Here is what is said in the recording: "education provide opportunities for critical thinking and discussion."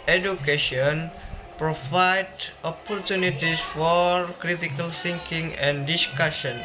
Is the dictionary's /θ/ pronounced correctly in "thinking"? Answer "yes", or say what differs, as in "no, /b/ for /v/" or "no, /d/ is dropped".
no, /s/ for /θ/